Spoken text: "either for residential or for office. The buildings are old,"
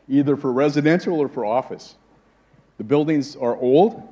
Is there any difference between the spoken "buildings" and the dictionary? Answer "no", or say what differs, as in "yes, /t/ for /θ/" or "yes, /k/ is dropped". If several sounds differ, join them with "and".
no